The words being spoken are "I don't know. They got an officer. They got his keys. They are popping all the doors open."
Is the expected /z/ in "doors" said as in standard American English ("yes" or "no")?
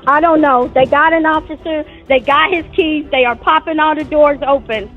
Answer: yes